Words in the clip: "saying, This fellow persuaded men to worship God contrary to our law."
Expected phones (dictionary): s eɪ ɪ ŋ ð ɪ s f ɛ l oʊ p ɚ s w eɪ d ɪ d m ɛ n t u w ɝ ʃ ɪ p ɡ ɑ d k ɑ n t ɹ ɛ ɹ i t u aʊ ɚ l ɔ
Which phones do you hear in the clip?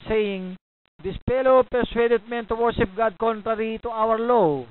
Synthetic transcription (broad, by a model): s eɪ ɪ ŋ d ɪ s p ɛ l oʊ p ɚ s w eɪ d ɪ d m ɛ n t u w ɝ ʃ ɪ p ɡ ɑ d k ɑ n t ɹ ɛ ɹ i t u aʊ ɚ l ɔ